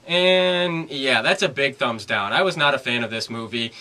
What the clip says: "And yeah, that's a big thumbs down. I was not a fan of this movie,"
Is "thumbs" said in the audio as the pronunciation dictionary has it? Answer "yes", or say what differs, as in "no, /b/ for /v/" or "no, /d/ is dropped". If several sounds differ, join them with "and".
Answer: yes